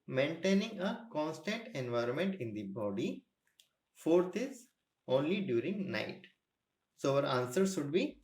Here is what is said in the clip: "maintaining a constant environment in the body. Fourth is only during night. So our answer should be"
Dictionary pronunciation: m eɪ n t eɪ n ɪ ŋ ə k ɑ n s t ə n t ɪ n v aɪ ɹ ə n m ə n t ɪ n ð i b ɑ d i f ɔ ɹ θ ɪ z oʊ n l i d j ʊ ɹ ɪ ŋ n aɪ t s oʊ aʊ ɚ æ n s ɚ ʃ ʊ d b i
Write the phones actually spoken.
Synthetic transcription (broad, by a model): m eɪ n t eɪ n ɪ ŋ ə k ɑ n s t ə n t ɪ n v aɪ ɹ ə n m ə n t ɪ n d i b ɑ d i f ɔ ɹ t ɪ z oʊ n l i d j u ɹ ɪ ŋ n aɪ t s oʊ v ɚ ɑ n s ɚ ʃ ʊ d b i